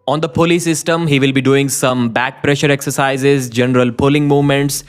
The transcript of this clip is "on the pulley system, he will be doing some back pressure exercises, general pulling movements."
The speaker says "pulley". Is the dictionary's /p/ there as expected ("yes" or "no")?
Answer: yes